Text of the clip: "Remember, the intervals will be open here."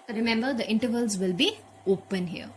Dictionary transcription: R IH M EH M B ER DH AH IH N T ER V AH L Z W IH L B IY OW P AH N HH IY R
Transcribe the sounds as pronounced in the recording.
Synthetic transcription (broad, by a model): R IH M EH M B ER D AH IH N T ER V AH L Z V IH L B IY OW P AH N HH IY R